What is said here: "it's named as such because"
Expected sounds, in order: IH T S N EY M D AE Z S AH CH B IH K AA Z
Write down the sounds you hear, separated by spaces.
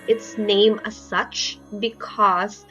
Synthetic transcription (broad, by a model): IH T S N EY M AE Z S AH CH B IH K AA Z